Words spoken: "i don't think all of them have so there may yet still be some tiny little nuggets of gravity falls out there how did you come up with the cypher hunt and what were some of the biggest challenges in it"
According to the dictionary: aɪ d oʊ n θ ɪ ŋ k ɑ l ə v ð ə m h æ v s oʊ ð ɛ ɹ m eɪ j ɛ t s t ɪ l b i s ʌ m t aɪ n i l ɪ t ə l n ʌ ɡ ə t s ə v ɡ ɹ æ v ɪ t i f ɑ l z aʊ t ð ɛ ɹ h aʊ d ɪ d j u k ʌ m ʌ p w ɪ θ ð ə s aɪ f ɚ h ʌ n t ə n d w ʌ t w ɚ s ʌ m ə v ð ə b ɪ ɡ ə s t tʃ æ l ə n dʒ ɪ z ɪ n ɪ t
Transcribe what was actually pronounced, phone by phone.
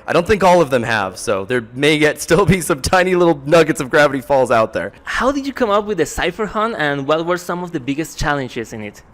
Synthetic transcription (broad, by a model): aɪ d oʊ n θ ɪ ŋ k ɑ l ə v ð ə m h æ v s oʊ ð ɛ ɹ m eɪ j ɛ t s t ɪ l b i s ʌ m t aɪ n i l ɪ t l n ʌ ɡ ə t s ə v ɡ ɹ æ v ɪ t i f ɑ l z aʊ t ð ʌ ɹ h aʊ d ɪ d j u k ʌ m ʌ p w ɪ ð ə s aɪ f ɚ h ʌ n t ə n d w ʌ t w ɚ s ʌ m ə v ð ə b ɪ ɡ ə s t tʃ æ l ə n dʒ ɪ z ɪ n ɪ t